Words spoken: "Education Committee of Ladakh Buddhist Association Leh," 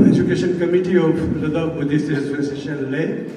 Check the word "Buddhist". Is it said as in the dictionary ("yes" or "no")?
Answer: no